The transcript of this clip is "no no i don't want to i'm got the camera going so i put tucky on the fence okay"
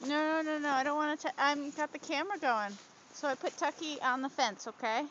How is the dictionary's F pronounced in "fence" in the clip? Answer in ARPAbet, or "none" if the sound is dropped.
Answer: F